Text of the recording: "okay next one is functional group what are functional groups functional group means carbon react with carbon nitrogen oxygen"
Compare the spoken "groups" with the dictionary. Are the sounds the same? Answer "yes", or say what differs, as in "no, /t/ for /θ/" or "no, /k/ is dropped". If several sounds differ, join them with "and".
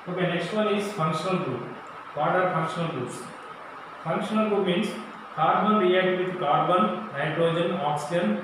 no, /p/ is dropped